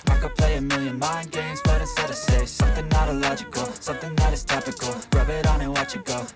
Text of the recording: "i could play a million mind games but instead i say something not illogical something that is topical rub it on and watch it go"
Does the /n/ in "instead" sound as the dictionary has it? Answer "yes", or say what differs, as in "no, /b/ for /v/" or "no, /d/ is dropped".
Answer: no, /n/ is dropped